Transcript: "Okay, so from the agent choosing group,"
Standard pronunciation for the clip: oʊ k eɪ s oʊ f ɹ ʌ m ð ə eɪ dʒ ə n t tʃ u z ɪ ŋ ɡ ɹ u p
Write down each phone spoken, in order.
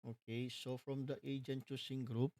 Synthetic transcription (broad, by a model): oʊ k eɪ s oʊ f ɹ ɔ m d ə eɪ dʒ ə n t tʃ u s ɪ ŋ ɡ ɹ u p